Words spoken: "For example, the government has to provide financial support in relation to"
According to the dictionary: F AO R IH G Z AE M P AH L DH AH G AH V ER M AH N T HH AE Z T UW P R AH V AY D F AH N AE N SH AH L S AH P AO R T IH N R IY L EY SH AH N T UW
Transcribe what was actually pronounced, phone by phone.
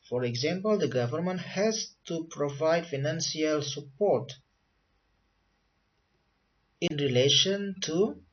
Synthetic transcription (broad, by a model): F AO R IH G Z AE M P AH L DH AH G AH V ER M AH N T HH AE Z T UW P R AH V AY D F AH N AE N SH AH L S AH P AO R T IH N R IY L EY SH AH N T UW